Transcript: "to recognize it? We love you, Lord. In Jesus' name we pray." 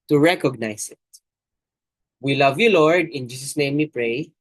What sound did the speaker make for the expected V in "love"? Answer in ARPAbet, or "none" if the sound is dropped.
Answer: V